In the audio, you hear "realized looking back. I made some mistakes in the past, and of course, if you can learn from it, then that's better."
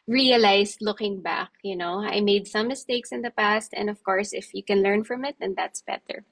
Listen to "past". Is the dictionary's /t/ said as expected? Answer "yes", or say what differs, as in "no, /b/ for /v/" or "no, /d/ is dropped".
yes